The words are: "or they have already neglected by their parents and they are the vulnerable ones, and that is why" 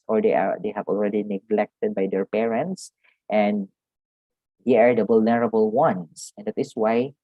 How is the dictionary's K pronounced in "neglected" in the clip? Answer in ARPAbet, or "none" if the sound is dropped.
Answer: K